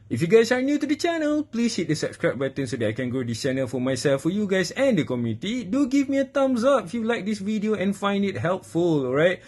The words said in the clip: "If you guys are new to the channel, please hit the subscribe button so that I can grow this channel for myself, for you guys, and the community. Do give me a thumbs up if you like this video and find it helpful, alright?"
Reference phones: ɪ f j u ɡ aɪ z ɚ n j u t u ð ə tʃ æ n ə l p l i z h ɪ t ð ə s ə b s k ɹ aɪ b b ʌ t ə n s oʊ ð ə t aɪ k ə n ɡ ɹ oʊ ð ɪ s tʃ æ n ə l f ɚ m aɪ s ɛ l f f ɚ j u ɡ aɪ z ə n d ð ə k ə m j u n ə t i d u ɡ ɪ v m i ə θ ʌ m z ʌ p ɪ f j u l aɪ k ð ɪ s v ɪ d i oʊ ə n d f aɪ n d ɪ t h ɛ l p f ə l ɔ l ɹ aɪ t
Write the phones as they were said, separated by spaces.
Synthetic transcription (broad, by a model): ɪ f j u ɡ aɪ s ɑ n j u t u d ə tʃ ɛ n ə l p l i s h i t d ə s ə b s k ɹ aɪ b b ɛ t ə n s oʊ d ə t aɪ k ə n ɡ oʊ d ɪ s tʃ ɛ n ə l f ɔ m aɪ s ɛ l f f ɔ j u ɡ aɪ s ə n d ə k ə m j u n ə t i d u ɡ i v m i ə t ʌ m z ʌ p ɪ f j u l aɪ k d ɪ s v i d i oʊ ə n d f aɪ n d ɪ t h ɛ l p f ə l ɔ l ɹ aɪ t